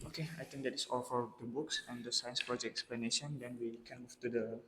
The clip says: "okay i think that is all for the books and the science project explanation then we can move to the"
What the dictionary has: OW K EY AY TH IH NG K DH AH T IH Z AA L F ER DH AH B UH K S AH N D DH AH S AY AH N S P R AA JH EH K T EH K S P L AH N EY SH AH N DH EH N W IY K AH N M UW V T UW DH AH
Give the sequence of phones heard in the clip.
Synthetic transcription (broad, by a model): OW K EY AY T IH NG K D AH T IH S AA L F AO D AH B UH K S AH N D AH S AY AH N S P R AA JH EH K EH K S P L AH N EY SH AH N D EH N W IY K AH N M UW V T UW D AH